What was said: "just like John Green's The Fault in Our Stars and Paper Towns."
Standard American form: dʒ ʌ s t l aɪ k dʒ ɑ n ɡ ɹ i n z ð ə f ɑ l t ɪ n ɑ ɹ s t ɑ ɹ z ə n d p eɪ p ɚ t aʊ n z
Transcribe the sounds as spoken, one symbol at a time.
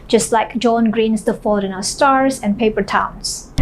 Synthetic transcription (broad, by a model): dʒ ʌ s t l aɪ k dʒ ɑ n ɡ ɹ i n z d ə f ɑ t ɪ n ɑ s t ɑ ɹ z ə n p eɪ p ɚ t aʊ n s